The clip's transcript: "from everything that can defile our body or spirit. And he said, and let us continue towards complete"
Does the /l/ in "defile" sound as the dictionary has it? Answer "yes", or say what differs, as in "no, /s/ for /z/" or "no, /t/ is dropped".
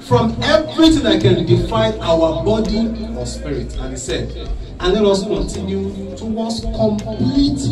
no, /n/ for /l/